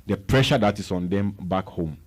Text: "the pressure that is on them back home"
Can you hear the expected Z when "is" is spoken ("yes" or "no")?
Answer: no